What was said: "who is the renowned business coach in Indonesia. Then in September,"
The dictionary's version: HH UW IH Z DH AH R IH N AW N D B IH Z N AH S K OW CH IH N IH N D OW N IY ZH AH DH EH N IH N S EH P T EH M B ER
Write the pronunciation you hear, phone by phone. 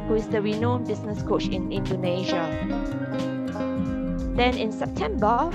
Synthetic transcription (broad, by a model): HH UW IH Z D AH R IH N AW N B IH S N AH S K OW CH IH N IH N D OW N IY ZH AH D EH N IH N S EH P T EH M B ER